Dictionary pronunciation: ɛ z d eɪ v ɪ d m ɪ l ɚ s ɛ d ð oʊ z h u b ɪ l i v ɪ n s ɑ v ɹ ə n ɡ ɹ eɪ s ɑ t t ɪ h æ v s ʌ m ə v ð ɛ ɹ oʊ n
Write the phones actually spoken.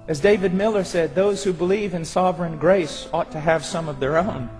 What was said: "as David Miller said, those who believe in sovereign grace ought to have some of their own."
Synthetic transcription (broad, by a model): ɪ z d eɪ v ɪ d m ɪ l ɚ s ɛ d ð oʊ z h u b ɪ l i v ɪ n s ɑ v ɹ ə n ɡ ɹ eɪ s ɑ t t ɪ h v s ʌ m ə v ð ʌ ɹ oʊ n